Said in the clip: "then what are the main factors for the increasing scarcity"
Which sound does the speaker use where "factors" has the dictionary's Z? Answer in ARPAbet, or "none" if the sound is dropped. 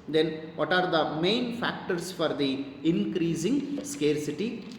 S